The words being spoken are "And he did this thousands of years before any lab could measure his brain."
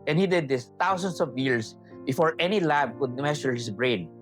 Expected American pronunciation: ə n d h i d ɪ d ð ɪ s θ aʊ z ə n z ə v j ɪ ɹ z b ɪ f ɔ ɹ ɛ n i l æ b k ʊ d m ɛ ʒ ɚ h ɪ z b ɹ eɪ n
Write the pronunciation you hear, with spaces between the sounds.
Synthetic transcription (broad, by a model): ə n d h i d ɪ d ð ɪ s t aʊ s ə n s ə v j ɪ ɹ s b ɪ f ɔ ɹ ɛ n i l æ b k ʊ d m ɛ s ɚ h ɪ s b ɹ eɪ n